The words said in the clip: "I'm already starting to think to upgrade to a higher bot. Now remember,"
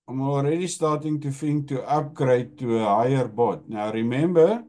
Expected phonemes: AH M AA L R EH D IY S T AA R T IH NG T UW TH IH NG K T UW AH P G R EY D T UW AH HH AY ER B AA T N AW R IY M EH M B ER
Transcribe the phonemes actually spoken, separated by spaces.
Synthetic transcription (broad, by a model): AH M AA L R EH D IY S T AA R T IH NG T UW F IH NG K T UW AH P G R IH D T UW AH HH AY ER B AA T N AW R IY M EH M B ER